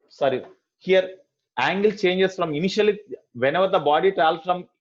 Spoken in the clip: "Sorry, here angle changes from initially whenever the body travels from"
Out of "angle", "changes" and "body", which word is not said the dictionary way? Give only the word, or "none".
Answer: changes